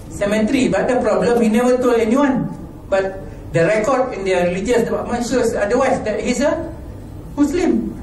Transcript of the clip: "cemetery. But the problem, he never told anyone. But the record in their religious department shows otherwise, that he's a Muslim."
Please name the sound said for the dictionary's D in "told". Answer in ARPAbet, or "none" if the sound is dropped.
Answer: none